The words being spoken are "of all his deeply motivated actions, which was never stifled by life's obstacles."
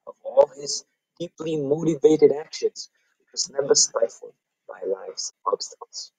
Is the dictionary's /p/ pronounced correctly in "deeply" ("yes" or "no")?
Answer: yes